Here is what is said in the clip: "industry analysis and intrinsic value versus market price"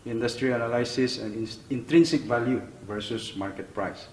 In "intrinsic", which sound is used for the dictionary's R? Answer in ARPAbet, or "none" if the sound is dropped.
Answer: R